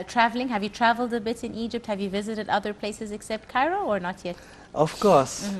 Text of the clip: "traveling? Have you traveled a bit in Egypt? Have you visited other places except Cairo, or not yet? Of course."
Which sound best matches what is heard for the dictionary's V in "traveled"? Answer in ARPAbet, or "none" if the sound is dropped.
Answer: V